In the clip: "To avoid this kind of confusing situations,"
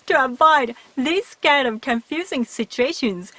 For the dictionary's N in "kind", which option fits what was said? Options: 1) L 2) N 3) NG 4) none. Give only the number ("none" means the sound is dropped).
4